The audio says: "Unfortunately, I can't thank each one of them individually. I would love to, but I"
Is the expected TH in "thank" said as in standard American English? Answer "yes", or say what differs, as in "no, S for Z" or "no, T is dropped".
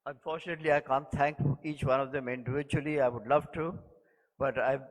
no, T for TH